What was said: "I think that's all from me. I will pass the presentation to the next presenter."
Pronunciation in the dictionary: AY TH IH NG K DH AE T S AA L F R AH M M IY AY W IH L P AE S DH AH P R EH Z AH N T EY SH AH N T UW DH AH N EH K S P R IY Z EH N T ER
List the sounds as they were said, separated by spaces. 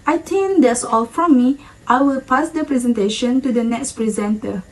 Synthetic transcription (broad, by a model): AY T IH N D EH S AA L F R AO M M IY AY W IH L P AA S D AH P R EH Z AH N T EY SH AH N T UW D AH N EH K S P R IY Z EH N T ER